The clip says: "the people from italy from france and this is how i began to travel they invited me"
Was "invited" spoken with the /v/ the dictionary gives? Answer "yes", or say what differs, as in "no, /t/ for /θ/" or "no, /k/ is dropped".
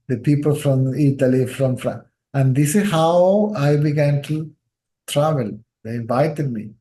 yes